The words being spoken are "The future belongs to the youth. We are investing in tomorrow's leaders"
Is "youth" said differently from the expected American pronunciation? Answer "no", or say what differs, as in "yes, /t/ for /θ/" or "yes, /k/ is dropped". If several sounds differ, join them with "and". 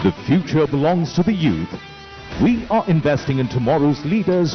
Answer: no